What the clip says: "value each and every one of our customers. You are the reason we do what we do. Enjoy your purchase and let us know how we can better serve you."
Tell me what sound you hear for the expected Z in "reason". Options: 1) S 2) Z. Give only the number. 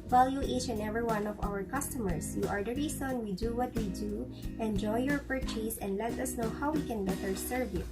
1